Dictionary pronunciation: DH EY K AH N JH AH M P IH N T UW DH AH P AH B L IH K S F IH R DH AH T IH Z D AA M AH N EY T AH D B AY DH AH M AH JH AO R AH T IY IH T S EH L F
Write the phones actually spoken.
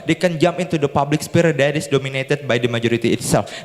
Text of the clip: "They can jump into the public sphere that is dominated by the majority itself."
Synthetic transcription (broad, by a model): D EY K AH N JH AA M IH N T UW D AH P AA B L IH K S P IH R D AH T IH S D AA M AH N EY T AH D B AY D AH M AH JH AO R AH T IY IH T S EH L F